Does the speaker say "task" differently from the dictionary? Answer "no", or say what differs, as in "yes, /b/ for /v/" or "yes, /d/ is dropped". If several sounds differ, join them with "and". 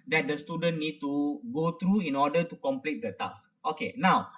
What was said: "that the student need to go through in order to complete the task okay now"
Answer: yes, /k/ is dropped